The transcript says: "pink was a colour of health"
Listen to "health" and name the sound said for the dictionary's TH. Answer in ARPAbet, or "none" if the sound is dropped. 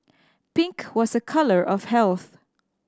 TH